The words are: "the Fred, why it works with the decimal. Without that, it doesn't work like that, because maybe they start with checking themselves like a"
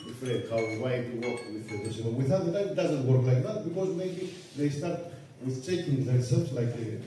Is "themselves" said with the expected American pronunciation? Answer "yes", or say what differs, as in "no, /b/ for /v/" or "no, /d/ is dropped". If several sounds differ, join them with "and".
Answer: no, /m/ is dropped